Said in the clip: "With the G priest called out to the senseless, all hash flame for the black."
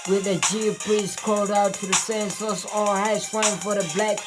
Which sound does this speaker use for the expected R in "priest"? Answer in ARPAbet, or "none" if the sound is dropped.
L